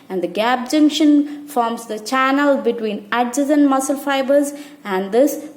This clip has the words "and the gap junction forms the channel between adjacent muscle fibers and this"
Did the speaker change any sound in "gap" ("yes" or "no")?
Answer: yes